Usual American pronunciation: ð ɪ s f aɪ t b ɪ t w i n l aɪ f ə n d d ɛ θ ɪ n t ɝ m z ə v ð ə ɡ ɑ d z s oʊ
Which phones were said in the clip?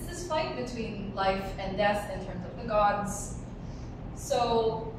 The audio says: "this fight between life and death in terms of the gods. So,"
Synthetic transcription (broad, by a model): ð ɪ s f aɪ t b ɪ t w i n l aɪ f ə n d d ɛ θ ɪ n t ɝ m z ə v ð ə ɡ ɑ d z s oʊ